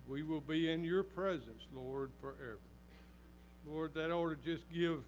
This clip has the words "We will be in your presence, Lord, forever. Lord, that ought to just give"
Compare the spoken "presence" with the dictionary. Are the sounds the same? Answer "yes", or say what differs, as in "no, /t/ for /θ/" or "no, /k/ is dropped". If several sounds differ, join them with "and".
yes